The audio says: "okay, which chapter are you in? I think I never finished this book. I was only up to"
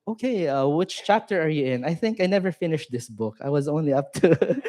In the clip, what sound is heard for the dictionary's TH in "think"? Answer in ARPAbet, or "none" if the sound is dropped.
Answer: TH